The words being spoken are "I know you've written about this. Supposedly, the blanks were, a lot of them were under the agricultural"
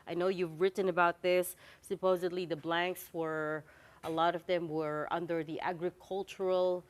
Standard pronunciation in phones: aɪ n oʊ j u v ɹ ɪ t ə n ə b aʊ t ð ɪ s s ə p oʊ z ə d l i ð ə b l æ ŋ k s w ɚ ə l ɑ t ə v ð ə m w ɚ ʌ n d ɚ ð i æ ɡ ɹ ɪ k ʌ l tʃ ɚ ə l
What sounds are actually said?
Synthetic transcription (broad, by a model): aɪ n oʊ j u v ɹ ɪ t n ə b aʊ t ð ɪ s s ə p oʊ z ə d l i ð ə b l æ ŋ k s w ɚ ə l ɑ t ə v ð ə m w ɚ ʌ n d ɚ ð i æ ɡ ɹ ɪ k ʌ l tʃ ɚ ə l